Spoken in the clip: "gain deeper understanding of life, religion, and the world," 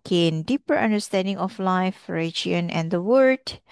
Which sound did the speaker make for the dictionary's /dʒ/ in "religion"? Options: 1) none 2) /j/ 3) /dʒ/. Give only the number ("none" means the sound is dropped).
1